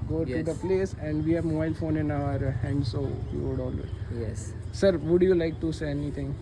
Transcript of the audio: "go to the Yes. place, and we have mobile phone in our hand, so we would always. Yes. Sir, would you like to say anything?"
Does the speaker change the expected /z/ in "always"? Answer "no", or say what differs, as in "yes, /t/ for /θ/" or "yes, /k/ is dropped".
yes, /z/ is dropped